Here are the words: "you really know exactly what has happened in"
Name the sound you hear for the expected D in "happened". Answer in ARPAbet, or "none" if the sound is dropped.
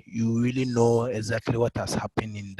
none